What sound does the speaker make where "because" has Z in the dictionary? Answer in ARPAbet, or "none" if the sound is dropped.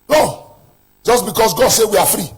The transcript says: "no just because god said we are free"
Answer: S